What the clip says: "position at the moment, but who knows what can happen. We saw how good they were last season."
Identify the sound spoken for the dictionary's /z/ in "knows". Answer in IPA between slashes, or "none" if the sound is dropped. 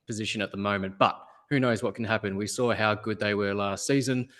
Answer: /z/